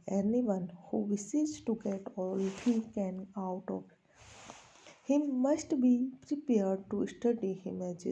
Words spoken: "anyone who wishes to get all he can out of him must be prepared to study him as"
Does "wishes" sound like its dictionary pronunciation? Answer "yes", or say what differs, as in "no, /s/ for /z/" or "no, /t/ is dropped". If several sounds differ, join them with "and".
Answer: no, /s/ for /ʃ/